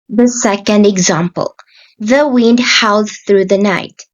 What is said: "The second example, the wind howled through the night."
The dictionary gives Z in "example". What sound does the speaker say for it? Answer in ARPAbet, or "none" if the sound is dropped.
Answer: Z